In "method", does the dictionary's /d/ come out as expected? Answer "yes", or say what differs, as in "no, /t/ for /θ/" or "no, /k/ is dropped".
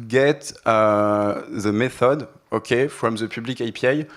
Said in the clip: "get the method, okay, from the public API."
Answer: yes